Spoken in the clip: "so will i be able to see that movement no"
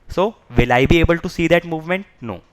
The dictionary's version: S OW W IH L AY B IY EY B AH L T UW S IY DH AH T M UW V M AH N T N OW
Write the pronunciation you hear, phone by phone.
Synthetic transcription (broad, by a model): S OW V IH L AY B IY EY B AH L T UW S IY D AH T M UW V M AH N T N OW